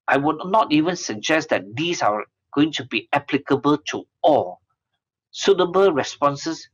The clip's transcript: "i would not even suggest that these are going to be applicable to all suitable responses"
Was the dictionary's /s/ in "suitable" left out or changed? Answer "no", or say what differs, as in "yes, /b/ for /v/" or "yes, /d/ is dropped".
no